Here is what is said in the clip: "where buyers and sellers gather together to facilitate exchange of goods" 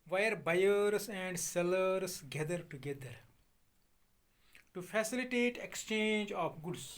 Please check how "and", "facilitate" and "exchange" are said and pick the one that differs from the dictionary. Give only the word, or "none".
none